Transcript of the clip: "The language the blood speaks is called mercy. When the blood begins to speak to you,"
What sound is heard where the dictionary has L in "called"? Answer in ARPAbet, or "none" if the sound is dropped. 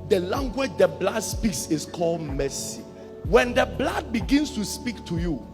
L